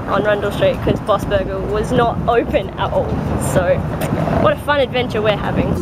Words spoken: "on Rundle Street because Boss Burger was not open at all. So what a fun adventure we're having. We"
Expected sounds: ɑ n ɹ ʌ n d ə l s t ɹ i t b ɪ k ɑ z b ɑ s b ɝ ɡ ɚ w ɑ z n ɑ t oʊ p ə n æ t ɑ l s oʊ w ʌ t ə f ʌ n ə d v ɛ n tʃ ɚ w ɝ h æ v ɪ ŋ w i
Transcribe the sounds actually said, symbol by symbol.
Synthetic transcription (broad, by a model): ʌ n ɹ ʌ n d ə l s t ɹ i t k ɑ z b ɑ s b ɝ ɡ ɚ w ɑ z n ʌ t oʊ p ə n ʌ t ɑ l s oʊ w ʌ t ə f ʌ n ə d v ɛ n tʃ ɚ w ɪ h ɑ v ɪ ŋ